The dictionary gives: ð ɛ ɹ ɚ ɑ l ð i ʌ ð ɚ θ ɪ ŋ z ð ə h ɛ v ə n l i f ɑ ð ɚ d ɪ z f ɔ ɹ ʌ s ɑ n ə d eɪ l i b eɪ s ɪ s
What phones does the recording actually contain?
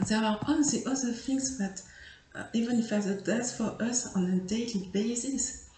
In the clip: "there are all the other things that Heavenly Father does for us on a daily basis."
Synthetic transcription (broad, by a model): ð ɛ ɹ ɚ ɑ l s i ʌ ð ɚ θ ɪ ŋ s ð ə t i v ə n i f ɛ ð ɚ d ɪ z f ɔ ɹ ʌ s ɑ n ə d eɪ l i b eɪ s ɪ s